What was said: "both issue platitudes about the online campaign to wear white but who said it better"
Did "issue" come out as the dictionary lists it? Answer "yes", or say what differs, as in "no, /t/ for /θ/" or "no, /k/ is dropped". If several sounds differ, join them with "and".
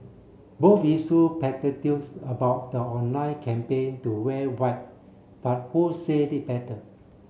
no, /s/ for /ʃ/